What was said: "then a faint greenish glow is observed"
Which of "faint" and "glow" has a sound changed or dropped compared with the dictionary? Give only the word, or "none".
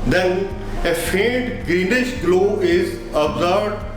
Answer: faint